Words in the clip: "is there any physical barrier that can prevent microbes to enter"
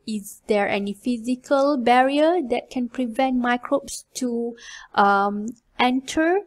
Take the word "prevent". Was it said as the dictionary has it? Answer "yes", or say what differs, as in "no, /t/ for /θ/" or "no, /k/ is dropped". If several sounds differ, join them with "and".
yes